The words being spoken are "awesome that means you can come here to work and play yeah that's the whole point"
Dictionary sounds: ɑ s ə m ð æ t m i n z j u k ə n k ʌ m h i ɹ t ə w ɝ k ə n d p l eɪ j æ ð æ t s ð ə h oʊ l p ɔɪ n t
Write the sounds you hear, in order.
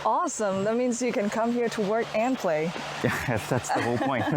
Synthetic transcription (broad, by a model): ɑ s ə m ð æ t m i n z j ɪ k ə n k ʌ m h i ɹ t ə w ɝ k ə n p l eɪ j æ ð æ t s ð ə h oʊ l p ɔɪ n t